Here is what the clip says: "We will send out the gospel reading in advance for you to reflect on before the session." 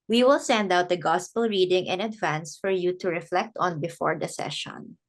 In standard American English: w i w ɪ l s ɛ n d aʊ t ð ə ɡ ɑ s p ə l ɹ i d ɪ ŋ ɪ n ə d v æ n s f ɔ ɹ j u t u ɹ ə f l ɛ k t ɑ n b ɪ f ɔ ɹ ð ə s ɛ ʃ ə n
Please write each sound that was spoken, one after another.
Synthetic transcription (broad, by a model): w i w ɪ l s ɛ n d aʊ t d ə ɡ ɑ s p ə l ɹ i d ɪ ŋ ɪ n ə d v æ n s f ɔ ɹ j u t u ɹ ə f l ɛ k t ɑ n b ɪ f ɔ ɹ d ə s ɛ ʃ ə n